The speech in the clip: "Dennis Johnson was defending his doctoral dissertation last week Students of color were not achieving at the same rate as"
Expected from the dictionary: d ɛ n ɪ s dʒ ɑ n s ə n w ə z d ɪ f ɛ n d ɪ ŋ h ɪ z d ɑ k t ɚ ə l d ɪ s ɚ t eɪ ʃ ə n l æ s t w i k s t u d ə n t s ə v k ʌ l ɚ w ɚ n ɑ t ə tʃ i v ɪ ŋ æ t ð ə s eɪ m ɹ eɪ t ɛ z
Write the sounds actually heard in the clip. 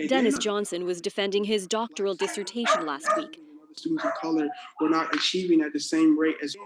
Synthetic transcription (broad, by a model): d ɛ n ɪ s dʒ ɑ n s ə n w ə z d ɪ f ɛ n d ɪ ŋ ɪ z d ɑ k t ɚ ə l d ɪ s ɚ t eɪ ʃ ə n l æ s t w i k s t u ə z ə v k ʌ l ɚ w ɚ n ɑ t ə tʃ i v ɪ ŋ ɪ t ð ə s eɪ m ɹ eɪ t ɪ z